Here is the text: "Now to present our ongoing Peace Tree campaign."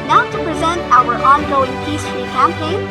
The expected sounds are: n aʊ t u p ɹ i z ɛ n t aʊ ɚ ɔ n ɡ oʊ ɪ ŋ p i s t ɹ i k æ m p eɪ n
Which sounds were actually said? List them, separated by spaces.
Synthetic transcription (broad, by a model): n aʊ t u p ɹ i z ɛ n t aʊ ɚ ɔ n ɡ oʊ ɪ ŋ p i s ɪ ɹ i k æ m p eɪ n